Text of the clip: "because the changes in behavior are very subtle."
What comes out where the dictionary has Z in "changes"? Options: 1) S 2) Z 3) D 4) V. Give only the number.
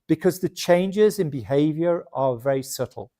2